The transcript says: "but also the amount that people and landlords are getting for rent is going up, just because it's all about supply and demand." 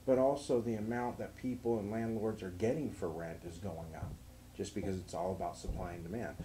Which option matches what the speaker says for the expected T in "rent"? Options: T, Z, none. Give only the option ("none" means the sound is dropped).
T